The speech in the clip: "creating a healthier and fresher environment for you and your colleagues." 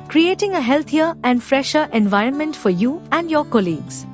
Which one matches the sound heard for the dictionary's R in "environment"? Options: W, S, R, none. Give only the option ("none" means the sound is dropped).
R